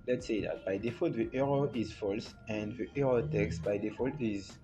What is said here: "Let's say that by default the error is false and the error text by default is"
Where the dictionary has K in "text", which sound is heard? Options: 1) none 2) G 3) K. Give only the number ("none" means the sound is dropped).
3